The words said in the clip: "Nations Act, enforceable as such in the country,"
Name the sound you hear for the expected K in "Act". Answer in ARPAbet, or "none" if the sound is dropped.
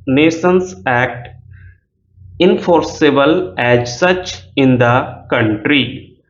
K